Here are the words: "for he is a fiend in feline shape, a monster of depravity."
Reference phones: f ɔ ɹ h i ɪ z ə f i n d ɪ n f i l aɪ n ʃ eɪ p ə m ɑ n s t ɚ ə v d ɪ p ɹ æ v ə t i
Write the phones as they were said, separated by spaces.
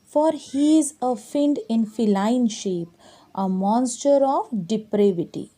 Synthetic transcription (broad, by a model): f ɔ ɹ h i ɪ z ə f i n d ɪ n f i l aɪ n ʃ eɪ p ə m ɑ n s t ɚ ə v d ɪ p ɹ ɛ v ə t i